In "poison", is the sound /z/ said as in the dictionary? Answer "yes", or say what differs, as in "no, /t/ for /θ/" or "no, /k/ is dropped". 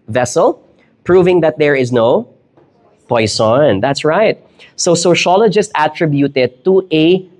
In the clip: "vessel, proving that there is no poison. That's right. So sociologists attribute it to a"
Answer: no, /s/ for /z/